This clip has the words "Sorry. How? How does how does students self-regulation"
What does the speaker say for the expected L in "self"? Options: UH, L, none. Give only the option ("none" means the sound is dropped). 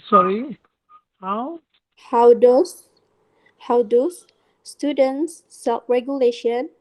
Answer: none